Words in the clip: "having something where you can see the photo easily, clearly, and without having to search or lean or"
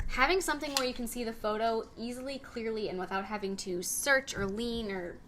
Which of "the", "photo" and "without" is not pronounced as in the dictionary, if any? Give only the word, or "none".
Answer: none